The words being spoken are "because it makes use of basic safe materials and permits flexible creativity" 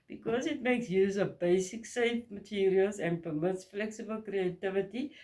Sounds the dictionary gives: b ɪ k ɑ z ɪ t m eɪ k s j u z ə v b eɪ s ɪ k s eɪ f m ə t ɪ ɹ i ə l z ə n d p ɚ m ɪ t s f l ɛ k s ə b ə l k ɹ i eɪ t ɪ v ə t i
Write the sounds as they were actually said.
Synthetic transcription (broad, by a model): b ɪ k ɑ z ɪ t m eɪ k s j u z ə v b eɪ s ɪ k s eɪ f m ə t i ɹ i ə l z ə n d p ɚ m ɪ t s f l ɛ k s ə b ə l k ɹ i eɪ t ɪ v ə t i